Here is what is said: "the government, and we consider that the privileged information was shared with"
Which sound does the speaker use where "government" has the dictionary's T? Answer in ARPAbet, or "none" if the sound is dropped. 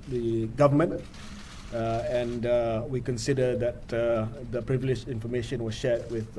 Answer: none